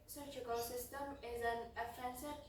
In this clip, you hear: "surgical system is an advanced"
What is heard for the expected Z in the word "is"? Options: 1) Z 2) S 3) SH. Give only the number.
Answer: 1